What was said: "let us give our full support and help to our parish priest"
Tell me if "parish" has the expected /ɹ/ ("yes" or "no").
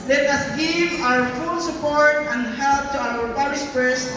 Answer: no